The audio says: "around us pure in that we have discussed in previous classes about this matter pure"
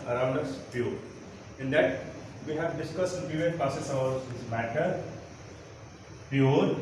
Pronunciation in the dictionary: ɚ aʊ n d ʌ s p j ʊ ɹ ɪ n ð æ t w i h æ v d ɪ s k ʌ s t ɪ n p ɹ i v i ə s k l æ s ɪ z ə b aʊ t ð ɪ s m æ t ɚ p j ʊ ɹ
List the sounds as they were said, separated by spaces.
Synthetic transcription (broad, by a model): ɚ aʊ n d ʌ s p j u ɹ ɪ n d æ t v i h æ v d ɪ s k ʌ s t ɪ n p i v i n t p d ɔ s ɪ s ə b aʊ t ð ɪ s m æ t ɚ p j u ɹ